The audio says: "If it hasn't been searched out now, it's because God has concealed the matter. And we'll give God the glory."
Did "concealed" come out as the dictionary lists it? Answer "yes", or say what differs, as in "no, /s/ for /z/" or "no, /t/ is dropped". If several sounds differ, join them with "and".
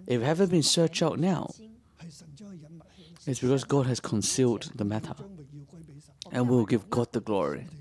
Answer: yes